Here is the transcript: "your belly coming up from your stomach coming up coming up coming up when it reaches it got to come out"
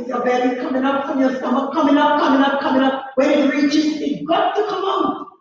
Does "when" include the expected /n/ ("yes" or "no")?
no